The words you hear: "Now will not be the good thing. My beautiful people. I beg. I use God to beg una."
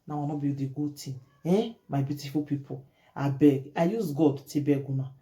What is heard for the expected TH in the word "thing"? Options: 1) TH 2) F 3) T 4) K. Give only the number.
3